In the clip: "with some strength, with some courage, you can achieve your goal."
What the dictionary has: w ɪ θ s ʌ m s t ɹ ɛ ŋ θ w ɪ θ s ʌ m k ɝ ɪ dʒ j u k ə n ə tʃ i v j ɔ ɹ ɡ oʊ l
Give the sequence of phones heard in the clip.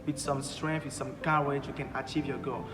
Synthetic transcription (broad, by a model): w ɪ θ s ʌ m s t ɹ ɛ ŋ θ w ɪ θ s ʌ m k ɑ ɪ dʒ j u k ə n ə tʃ i v j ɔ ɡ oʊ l